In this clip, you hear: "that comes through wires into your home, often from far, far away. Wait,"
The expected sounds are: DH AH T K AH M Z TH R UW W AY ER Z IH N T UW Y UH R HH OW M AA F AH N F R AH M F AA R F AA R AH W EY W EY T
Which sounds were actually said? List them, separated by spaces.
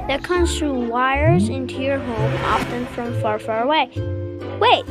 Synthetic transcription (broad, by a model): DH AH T K AH M Z TH R UW W AY ER Z IH N T UW Y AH R HH OW M AA F AH N F R AH M F AA R F AA R AH W EY W EY T